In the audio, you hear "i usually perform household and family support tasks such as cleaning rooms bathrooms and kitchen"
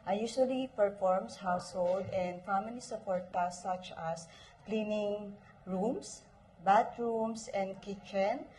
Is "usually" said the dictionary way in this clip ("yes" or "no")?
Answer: no